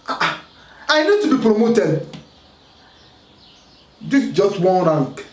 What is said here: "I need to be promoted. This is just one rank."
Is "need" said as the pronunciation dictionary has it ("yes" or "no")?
yes